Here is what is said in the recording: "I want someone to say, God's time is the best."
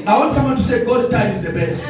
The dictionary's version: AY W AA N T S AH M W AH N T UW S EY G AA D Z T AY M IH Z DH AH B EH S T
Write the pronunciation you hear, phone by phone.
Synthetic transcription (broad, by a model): AY W AA N T S AH M W AH N T UW S EY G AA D T AY M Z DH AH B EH S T